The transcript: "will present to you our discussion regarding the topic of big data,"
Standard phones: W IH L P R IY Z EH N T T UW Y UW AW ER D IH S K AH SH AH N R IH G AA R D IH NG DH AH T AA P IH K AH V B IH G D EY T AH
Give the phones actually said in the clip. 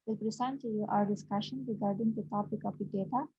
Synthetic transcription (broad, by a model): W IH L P R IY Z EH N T T UW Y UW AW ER D IH S K AH SH AH N R IH G AA R D IH NG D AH T AA P IH K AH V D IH D EY T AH